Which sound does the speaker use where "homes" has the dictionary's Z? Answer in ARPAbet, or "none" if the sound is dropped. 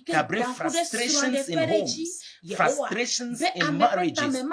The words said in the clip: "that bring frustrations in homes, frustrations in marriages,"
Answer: none